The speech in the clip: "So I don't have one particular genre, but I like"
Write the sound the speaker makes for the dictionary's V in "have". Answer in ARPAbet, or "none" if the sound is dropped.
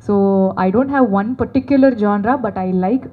V